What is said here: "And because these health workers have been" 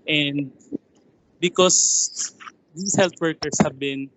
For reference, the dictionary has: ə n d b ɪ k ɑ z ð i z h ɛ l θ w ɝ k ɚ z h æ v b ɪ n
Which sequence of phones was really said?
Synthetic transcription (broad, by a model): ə n d b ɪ k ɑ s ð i s h ɛ l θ w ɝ k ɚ s h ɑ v b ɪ n